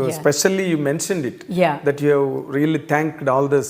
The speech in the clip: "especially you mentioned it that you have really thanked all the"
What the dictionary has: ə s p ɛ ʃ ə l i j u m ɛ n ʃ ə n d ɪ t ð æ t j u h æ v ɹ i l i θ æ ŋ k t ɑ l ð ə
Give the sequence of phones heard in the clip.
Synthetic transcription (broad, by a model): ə s p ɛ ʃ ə l i j u m ɛ n ʃ ə n d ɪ t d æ t j u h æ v ɹ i l i t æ ŋ k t ɑ l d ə